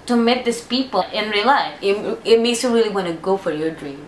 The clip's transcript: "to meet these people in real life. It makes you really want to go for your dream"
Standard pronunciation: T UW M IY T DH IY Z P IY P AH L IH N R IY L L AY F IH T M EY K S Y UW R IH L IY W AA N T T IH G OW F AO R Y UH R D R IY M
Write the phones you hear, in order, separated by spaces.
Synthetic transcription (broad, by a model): T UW M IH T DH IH S P IY P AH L IH N R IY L L AY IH IH T M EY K S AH R IH L IY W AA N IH G OW F AO R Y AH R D R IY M